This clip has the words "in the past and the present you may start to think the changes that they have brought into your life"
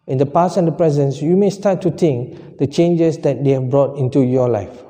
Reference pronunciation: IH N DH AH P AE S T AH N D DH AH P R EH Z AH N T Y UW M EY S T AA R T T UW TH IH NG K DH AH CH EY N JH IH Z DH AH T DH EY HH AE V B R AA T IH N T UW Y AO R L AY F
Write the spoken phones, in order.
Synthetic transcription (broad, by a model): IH N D AH P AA S AH N D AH P R EH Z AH N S Y UW M EY S T AA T T UW T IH NG K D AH CH EY N JH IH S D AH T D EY HH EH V B R AA T IH N T UW Y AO L AY F